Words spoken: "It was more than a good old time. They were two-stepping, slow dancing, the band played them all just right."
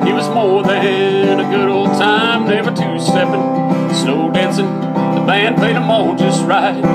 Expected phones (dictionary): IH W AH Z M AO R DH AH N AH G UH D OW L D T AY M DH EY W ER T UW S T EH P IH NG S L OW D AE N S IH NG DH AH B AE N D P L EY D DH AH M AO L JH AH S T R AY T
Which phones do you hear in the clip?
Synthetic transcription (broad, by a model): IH W AH Z M AO R DH AH N AH G UH D OW L D T AY M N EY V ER T UW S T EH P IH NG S N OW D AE N S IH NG DH AH B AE N P L EY D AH M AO L JH AH S T R AY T